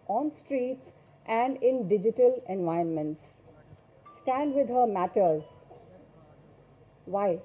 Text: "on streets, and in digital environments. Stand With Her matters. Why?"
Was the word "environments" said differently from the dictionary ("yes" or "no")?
yes